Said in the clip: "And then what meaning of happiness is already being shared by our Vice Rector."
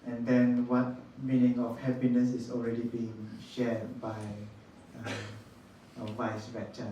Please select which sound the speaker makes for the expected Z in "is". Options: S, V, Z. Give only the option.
S